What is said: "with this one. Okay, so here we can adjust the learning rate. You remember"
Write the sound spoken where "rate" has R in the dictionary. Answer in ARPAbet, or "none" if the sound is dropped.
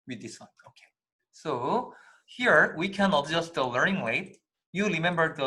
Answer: L